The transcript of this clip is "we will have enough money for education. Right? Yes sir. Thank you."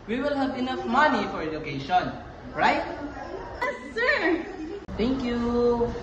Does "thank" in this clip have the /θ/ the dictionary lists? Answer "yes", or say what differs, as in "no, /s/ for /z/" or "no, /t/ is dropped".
no, /t/ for /θ/